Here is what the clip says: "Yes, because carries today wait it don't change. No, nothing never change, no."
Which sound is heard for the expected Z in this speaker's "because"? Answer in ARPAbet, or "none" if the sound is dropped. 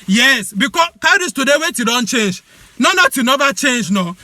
none